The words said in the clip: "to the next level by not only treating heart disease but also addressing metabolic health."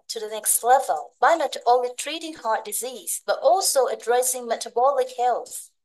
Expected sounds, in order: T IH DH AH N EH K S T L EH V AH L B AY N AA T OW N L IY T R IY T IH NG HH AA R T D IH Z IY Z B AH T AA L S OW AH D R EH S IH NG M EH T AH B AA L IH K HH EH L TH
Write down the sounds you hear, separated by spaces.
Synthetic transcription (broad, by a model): T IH DH AH N EH K S T L EH V AH L B AY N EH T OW L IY T R IY T IH NG HH AA R T D IH Z IY Z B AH T AA L S OW AH D R EH S IH NG M EH T AH B AA L IH K HH EH L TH